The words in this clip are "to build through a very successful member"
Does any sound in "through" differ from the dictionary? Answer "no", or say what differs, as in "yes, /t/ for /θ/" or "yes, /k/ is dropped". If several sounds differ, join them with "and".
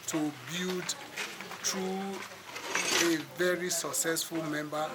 yes, /t/ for /θ/